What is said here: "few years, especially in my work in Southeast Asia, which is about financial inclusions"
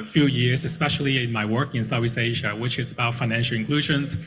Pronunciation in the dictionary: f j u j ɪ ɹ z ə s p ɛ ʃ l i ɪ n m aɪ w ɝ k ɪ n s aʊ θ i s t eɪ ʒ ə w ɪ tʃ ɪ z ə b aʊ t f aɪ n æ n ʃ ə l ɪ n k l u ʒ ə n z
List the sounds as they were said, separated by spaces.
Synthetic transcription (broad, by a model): f j u j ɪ ɹ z ə s p ɛ ʃ l i ɪ n m aɪ w ɝ k ɪ n s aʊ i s eɪ ʒ ə w ɪ tʃ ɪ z ə b aʊ t f aɪ n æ n ʃ l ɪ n k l u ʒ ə n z